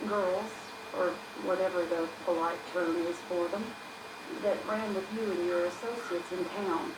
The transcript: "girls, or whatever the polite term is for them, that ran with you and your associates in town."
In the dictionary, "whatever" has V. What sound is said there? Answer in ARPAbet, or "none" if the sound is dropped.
V